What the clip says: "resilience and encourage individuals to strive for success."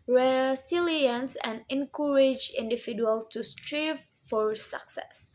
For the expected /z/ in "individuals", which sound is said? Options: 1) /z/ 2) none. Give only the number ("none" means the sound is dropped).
2